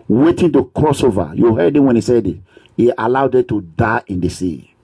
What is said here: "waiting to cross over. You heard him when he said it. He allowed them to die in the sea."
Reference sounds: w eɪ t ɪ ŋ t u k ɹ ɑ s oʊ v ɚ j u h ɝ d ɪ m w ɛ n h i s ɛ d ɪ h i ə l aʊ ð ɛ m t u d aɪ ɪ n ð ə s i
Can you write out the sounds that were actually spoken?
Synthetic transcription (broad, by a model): w eɪ t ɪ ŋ t u k ɹ ɑ s oʊ v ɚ j u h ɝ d ɪ m w ɛ n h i s ɛ d ɪ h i ə l aʊ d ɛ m t u d aɪ ɪ n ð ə s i